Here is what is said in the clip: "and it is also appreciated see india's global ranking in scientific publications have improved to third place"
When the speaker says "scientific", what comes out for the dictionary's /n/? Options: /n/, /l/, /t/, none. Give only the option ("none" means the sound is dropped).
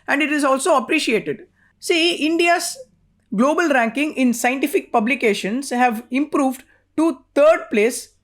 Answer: /n/